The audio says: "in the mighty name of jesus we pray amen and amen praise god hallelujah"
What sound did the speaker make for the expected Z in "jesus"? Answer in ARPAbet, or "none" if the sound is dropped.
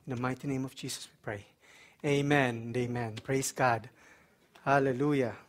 S